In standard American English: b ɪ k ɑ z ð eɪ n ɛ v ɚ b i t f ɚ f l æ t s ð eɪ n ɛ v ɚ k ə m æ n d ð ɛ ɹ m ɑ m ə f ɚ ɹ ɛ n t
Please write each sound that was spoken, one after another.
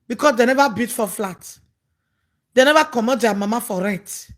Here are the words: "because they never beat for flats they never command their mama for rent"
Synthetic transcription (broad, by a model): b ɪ k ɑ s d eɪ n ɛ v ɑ b i t f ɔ f l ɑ t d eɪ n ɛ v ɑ k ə m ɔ d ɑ m ɑ m ə f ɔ ɹ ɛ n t